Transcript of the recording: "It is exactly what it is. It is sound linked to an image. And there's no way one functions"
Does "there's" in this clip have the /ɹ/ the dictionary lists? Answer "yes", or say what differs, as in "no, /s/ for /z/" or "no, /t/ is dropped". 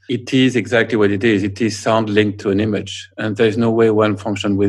yes